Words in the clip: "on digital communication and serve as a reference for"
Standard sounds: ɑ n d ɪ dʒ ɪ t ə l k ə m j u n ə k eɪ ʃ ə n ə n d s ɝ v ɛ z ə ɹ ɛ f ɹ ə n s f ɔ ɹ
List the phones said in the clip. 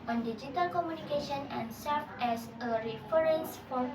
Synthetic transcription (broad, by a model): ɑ n d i dʒ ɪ t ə l k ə m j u n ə k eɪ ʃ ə n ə n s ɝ f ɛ s ə ɹ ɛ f ɹ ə n s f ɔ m